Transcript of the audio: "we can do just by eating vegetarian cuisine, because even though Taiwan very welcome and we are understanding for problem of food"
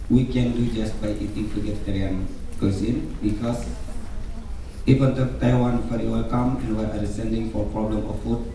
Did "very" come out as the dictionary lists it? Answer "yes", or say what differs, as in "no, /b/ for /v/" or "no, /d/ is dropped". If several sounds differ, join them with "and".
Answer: no, /f/ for /v/